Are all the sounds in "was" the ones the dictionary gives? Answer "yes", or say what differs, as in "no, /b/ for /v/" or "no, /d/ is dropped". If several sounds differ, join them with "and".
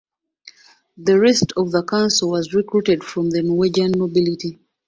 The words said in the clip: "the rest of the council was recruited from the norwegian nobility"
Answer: yes